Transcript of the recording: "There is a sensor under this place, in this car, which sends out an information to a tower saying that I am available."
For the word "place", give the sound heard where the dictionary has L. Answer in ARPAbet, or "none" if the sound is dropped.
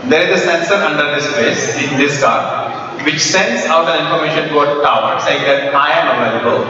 none